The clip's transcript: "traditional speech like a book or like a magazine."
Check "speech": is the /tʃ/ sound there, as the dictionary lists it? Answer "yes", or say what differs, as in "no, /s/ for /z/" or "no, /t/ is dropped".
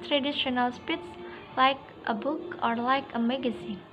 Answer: no, /s/ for /tʃ/